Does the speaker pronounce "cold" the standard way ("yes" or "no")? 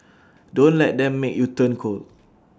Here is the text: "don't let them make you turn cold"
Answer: no